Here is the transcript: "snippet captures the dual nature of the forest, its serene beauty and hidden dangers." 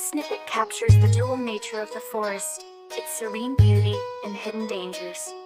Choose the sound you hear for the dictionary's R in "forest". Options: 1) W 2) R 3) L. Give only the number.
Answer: 2